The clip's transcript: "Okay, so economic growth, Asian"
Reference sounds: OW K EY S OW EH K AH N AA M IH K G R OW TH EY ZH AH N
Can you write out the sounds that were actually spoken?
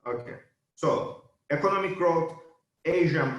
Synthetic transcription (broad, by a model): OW K EY S OW EH K AH N AA M IH K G R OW T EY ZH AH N